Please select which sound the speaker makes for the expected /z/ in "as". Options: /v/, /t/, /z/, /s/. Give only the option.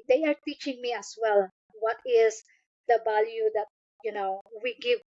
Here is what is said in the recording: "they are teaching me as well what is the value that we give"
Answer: /s/